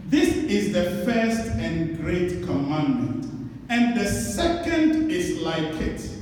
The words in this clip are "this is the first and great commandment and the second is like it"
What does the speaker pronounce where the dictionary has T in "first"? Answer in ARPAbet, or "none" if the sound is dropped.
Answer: T